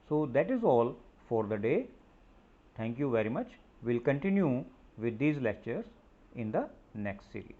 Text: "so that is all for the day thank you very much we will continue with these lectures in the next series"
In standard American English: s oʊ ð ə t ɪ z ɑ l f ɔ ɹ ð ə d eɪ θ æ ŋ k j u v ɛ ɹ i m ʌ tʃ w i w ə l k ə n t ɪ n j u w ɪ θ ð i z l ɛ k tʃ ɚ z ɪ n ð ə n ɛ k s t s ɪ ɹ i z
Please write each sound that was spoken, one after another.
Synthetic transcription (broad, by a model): s oʊ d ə t ɪ z ɑ l f ɔ ɹ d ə d eɪ t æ ŋ k j u v ɛ ɹ i m ʌ tʃ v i l k ə n t ɪ n j u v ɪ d i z l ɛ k tʃ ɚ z ɪ n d ə n ɛ k s t s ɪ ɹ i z